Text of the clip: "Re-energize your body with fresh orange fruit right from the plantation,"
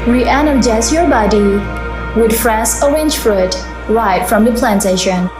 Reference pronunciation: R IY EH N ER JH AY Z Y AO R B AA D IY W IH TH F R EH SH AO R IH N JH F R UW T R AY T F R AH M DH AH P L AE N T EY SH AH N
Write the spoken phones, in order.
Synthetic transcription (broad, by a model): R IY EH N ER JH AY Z Y AO R B AA D IY W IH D F R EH S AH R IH N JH F R UW T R AY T F R AH M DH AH P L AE N T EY SH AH N